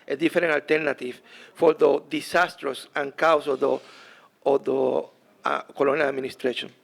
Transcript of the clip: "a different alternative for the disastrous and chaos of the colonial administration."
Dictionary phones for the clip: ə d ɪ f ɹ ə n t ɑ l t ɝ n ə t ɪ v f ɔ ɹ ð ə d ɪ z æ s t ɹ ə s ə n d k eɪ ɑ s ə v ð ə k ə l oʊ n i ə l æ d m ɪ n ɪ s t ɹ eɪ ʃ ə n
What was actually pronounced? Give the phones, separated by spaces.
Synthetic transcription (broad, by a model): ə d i f ɹ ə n ɑ l t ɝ n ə t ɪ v f ɔ ɹ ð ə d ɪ s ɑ s t ɹ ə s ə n k ɑ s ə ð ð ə k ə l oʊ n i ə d m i n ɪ s t ɹ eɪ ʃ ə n